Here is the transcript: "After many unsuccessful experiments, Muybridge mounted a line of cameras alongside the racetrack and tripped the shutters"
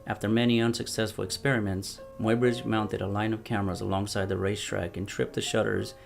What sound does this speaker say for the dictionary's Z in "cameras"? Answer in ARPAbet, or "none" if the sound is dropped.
Z